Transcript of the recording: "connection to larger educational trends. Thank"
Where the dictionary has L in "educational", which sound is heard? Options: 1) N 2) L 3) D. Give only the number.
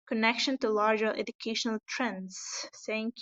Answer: 2